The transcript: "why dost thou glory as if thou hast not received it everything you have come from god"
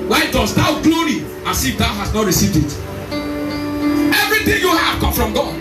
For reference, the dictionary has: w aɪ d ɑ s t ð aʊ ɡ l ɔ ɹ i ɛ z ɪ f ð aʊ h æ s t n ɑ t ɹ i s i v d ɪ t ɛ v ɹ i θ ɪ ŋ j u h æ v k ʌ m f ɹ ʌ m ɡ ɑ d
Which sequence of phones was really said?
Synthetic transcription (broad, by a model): w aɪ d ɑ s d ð aʊ ɡ l ɔ ɹ i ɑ s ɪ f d aʊ h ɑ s n ɑ t ɹ i s i v d ɪ t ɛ v ɹ i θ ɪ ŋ j u h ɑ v k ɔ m f ɹ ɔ m ɡ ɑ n